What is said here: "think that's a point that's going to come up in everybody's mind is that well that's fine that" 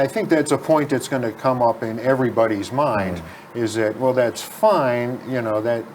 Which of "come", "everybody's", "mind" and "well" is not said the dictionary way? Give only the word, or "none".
none